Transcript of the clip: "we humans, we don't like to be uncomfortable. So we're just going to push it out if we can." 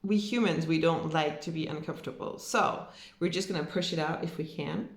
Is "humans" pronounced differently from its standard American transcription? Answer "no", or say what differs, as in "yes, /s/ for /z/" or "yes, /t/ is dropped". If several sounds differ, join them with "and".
no